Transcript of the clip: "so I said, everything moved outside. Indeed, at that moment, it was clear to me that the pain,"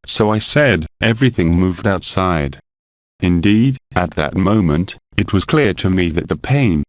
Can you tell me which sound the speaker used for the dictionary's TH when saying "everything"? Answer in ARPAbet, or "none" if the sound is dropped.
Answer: TH